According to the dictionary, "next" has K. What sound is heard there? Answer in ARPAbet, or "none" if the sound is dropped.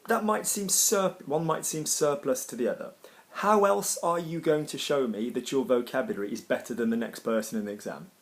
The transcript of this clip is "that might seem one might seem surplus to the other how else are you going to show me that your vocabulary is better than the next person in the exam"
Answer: K